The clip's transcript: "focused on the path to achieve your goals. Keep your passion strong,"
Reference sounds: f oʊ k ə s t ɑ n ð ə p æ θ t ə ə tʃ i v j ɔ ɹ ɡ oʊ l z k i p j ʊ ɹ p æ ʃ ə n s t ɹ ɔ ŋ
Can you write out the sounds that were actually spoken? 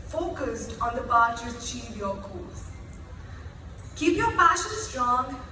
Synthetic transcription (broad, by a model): f oʊ k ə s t ɑ n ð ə b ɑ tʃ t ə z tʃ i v j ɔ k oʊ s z k i p j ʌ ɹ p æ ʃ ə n s t ɹ ɔ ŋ